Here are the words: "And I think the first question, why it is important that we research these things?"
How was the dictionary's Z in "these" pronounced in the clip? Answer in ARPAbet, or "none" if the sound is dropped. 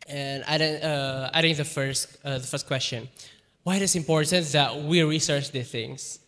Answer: none